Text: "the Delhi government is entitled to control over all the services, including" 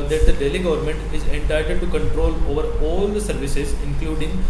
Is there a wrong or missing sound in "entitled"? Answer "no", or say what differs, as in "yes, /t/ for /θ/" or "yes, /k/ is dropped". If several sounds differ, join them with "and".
yes, /l/ is dropped